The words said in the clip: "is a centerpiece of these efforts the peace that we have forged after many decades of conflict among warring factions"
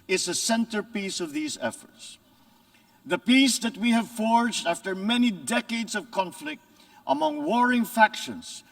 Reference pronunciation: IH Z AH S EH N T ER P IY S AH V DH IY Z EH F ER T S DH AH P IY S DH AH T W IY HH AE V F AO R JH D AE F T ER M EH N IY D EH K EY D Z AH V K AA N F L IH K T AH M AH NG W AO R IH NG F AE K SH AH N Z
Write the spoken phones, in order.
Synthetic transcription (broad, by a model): IH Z AH S EH N T ER P IY S AH V DH IY Z EH F ER T S DH AH P IY S DH AH T W IY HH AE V F AO R JH D AE F T ER M EH N IY D EH K EY D Z AH V K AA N F L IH K T AH M AH NG W AO R IH NG F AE K SH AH N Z